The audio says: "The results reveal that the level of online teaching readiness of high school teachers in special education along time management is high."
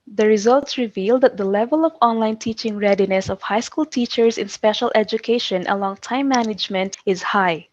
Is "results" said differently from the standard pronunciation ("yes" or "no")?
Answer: no